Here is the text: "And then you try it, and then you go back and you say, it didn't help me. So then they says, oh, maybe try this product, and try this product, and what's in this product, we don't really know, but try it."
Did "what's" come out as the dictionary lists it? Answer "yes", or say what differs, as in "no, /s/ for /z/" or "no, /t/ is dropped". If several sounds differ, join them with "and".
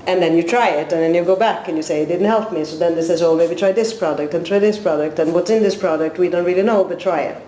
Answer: yes